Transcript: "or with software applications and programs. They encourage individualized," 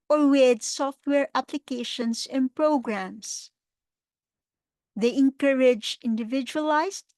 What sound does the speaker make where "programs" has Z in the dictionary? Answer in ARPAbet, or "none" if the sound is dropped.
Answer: S